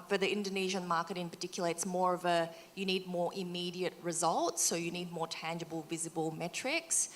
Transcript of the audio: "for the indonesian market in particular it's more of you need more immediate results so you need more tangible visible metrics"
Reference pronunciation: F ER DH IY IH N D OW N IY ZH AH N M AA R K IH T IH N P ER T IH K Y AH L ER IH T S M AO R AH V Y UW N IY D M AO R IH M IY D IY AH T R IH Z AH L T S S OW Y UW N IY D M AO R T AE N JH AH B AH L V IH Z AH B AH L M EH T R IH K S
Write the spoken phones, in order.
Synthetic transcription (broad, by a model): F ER DH IY IH N D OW N IY ZH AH N M AA R K IH T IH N P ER T IH K Y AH L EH IH T S M AO R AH V Y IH N IY D M AO R IH M IY D IY AH T R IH Z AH L T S S OW Y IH N IY D M AO R T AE N JH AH B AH L V IH Z AH B AH L M EH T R IH K S